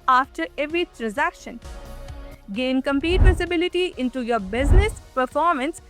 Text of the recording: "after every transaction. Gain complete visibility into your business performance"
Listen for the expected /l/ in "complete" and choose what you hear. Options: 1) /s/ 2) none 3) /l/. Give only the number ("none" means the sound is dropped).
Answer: 2